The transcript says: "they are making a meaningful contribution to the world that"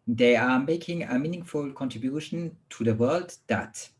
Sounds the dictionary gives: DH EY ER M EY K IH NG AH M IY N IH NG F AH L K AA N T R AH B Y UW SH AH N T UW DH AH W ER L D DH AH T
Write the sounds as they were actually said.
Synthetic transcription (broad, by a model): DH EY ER M EY K IH NG AH M IY N IH NG F AH L K AA N T R AH B Y UW SH AH N T UW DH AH W ER L D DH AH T